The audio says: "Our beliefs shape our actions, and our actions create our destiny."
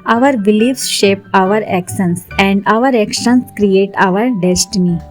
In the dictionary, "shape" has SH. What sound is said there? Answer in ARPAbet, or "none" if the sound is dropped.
SH